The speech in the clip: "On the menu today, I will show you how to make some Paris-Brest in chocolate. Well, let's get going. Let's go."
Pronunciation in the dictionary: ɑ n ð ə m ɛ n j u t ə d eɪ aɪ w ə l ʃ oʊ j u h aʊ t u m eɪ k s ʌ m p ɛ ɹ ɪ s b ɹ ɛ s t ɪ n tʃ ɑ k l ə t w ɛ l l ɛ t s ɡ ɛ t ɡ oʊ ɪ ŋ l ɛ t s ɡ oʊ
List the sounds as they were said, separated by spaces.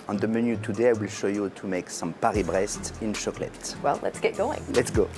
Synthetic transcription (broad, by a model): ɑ n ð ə m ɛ n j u t ə d eɪ aɪ w ə l ʃ oʊ j u t u m eɪ k s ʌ m p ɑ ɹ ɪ b ɹ ɛ s t ɪ n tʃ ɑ k l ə t w ɛ l l ɛ t s ɡ ɛ t ɡ oʊ ɪ ŋ l ɛ t s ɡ oʊ